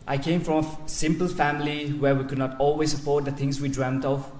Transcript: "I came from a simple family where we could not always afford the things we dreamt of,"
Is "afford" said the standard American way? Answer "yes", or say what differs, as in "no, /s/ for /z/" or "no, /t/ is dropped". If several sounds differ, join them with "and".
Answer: no, /p/ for /f/